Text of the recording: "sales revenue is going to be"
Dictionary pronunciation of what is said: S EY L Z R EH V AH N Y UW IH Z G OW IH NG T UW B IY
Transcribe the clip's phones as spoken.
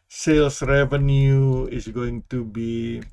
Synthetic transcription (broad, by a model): S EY L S R EH V AH N Y UW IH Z G OW IH NG T UW B IY